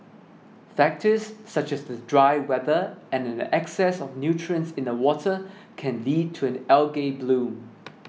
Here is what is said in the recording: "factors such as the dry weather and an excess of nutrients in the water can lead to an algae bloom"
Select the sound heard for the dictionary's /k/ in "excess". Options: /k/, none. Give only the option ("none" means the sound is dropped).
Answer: /k/